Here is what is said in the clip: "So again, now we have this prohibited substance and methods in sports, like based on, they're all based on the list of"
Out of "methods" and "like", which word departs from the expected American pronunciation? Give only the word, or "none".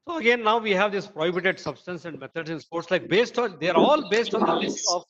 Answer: methods